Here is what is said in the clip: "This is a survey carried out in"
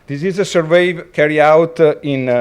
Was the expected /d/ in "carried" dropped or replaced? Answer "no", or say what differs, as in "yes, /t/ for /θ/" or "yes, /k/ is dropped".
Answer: yes, /d/ is dropped